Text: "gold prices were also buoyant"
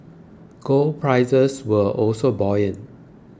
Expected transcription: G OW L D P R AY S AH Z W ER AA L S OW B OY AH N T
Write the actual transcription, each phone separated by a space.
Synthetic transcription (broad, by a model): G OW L P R AY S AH S W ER AA L S OW B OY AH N